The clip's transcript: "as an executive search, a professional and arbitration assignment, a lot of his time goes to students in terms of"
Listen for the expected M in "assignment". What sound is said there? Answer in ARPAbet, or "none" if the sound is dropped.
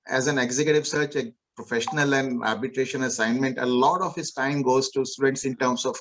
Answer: M